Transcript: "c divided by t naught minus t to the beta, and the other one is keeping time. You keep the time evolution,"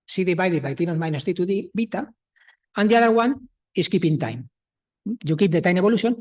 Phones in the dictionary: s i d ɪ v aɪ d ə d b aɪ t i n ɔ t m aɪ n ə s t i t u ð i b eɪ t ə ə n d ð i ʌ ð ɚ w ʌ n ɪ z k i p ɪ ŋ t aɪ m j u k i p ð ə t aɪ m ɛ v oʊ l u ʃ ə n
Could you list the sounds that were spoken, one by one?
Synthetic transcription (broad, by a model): s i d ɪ b aɪ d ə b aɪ t i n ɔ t m aɪ n ə s t i t u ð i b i t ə ə n d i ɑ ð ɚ w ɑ n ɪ s k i p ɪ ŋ t aɪ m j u k i p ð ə t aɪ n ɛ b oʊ l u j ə n